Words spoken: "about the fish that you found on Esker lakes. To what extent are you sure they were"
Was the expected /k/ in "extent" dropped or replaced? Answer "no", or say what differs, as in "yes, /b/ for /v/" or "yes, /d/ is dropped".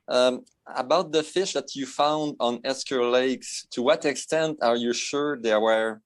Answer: no